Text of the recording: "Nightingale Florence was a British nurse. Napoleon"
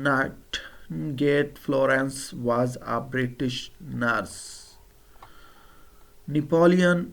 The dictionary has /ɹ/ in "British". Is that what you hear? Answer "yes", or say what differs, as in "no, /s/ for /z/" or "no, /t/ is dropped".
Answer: yes